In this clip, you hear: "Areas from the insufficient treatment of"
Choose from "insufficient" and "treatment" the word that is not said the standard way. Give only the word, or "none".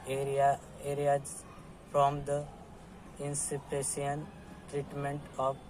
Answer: insufficient